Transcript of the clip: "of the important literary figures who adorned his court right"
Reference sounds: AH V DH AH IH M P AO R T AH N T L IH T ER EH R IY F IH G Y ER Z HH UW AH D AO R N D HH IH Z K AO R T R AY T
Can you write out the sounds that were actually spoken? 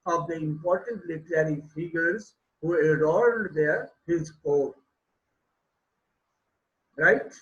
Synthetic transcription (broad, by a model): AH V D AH IH M P AO R T AH N T L IH T ER EH R IY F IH G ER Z HH UW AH D AO R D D HH IH Z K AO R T R AY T